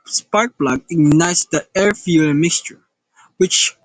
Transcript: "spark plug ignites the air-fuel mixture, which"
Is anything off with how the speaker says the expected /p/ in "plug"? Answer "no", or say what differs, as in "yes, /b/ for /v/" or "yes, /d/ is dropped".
yes, /b/ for /p/